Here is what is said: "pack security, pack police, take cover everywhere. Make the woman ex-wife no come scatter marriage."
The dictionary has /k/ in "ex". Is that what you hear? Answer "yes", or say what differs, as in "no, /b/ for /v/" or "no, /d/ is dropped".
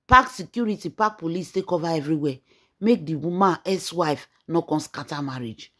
no, /k/ is dropped